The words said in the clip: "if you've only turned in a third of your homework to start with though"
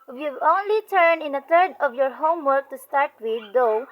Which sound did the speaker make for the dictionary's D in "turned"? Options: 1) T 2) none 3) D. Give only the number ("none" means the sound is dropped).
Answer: 2